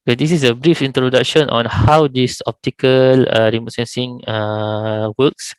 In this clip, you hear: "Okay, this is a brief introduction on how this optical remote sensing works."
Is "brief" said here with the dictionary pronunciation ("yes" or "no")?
yes